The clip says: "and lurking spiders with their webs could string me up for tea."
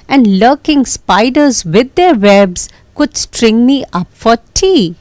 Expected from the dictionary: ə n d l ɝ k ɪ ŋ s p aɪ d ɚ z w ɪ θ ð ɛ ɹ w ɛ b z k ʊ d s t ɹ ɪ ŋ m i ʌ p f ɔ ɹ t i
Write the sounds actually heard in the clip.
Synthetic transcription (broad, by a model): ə n d l ɝ k ɪ ŋ s p aɪ d ɚ z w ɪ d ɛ ɹ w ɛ b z k ʊ d s t ɹ ɪ ŋ m i ʌ p f ɔ ɹ t i